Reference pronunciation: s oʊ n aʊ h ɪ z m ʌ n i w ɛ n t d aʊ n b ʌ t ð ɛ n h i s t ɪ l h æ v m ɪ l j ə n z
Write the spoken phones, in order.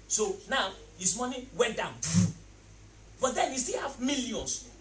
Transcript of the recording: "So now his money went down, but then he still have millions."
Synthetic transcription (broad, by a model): s oʊ n aʊ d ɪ s m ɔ n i w ɛ n t d aʊ n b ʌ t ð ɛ n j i s t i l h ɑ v m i l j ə n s